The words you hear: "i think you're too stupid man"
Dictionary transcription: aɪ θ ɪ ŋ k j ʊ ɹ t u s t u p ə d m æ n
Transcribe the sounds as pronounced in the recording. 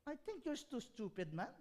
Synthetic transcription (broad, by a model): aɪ t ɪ ŋ k j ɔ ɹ t u s t u p ə d m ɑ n